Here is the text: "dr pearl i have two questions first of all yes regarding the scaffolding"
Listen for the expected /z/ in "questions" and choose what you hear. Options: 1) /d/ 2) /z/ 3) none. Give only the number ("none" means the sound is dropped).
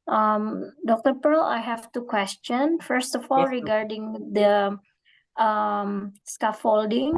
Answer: 3